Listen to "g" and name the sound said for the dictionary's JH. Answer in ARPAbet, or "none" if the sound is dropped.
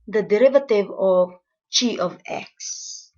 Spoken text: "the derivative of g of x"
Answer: CH